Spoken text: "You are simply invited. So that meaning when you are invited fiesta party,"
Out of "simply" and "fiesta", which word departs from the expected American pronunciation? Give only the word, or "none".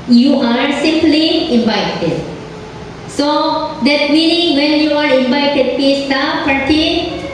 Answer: fiesta